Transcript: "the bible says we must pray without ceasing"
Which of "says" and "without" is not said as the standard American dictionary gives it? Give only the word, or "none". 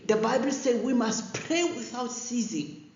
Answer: says